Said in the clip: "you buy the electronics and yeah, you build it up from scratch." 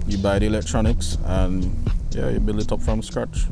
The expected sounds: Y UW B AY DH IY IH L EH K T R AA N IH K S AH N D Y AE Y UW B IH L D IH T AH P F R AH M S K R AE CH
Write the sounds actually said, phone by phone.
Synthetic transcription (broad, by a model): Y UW B AY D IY IH L EH K T R AA N IH K S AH N Y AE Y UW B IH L IH T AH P F R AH M S K R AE CH